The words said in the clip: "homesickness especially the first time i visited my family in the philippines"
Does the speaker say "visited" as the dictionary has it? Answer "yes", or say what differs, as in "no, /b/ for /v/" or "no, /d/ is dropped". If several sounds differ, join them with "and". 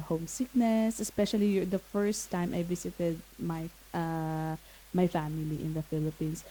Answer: no, /s/ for /z/